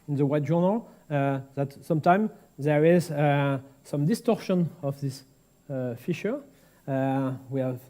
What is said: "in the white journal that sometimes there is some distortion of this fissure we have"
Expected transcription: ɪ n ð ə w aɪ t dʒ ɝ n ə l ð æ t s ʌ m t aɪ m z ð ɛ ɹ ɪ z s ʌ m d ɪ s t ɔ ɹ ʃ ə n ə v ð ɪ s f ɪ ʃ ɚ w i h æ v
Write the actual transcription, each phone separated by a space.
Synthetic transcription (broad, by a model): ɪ n ð ə w aɪ t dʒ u n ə l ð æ t s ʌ m t aɪ m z ð ɛ ɹ ɪ z s ʌ m d ɪ s t ɔ ɹ ʃ ə n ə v ð ɪ s f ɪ ʃ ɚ w i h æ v